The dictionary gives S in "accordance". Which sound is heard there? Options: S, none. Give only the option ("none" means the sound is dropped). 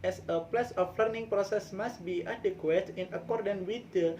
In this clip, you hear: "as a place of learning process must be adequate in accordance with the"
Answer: none